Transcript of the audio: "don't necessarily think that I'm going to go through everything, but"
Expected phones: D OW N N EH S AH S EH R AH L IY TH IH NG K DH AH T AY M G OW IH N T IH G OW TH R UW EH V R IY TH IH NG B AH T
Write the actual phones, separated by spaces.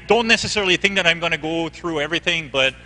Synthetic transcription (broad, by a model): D OW N N EH S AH S EH R L IY TH IH NG K DH AH T AY M G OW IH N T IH G OW TH R UW EH V R IY TH IH NG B AH T